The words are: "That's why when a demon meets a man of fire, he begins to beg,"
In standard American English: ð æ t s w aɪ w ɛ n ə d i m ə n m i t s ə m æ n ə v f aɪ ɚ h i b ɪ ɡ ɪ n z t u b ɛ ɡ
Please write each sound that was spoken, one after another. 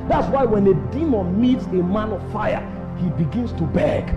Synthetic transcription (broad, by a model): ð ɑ t s w aɪ w ɛ n ə d i m ə n m i t s ə m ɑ n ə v f aɪ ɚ h i b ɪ ɡ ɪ n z t u b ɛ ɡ